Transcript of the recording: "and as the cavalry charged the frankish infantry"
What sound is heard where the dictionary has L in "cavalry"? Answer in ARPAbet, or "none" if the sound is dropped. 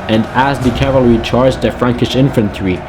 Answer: L